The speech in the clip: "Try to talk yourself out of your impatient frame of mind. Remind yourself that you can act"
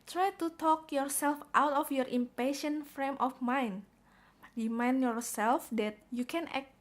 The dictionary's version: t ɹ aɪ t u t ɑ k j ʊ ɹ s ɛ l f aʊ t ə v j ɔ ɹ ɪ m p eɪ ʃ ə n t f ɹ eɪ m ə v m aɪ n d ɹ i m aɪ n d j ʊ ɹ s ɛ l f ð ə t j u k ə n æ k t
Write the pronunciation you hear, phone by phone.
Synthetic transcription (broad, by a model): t ɹ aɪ t u t ɑ k j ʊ ɹ s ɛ l f aʊ t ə f j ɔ ɹ ɪ m p eɪ ʃ ə n t f ɹ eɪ m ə f m aɪ n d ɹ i m aɪ n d j ʊ ɹ s ɛ l f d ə t j u k ə n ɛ k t